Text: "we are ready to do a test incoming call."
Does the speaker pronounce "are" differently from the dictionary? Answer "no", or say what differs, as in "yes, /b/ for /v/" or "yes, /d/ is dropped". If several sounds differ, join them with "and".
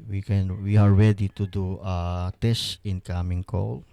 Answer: yes, /w/ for /ɹ/